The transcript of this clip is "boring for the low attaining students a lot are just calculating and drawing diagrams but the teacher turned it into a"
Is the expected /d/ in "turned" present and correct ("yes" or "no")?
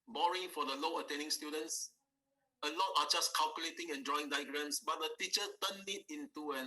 no